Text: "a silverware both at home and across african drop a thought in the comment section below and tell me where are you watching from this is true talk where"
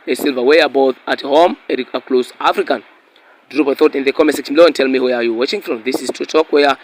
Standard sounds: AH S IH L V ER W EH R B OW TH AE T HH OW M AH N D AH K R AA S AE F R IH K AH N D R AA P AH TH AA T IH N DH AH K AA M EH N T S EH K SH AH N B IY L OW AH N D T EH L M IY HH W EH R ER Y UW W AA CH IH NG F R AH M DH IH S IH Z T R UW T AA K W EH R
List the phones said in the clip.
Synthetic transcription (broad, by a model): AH S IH L V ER W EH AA B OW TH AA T HH OW M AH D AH K L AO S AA F R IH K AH N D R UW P AH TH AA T IH N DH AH K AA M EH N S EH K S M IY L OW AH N T EH L M IY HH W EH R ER Y UW W AA CH IH NG F R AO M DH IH S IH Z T UW T AA K W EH